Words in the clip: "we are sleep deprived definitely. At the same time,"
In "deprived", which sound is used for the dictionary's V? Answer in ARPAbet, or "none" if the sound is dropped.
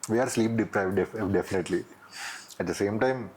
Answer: V